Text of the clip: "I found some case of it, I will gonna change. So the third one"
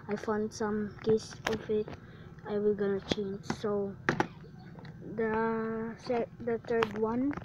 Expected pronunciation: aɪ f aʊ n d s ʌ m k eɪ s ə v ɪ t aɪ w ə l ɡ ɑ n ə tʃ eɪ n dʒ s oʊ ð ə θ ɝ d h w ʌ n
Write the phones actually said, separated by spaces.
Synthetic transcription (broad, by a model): aɪ f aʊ n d s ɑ m k eɪ s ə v ɪ t aɪ w ə l ɡ ɑ n ə tʃ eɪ n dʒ s oʊ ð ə s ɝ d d w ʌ n